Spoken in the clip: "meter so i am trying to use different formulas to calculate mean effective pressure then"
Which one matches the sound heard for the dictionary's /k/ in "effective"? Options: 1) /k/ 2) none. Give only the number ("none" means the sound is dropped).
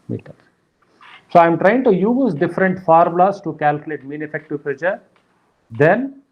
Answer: 1